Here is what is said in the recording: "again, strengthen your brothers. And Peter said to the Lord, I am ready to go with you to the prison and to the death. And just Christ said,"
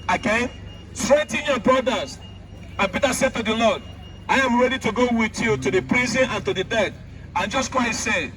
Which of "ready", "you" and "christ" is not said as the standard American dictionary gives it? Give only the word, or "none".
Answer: christ